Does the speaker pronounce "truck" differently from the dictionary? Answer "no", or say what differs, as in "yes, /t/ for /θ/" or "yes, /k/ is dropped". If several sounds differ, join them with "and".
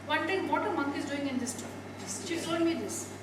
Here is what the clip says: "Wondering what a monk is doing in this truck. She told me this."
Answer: yes, /ɹ/ is dropped